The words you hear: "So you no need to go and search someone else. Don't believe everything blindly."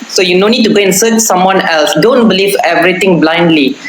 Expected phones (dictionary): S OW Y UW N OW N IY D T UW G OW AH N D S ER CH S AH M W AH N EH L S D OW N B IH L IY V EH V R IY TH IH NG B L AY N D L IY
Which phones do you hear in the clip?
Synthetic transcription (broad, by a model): S OW Y UW N OW N IY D T UW G OW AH N S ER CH S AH M W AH N EH L S D OW N B IH L IY V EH V R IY T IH NG B L AY N D L IY